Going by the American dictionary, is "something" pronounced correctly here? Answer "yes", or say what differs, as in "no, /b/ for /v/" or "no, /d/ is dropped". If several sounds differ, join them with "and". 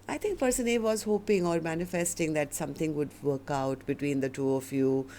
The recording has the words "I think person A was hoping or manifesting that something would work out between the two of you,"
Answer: no, /t/ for /θ/